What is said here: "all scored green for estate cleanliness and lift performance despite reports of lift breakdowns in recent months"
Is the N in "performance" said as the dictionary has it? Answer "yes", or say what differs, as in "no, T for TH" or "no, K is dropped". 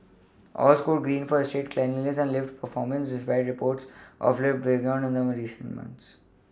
yes